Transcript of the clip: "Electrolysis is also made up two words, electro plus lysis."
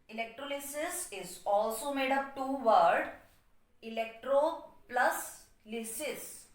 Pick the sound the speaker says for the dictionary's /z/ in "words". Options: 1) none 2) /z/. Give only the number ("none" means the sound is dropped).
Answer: 1